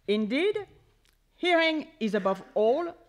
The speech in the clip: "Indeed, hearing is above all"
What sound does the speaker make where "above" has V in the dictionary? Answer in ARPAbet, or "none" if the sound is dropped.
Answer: V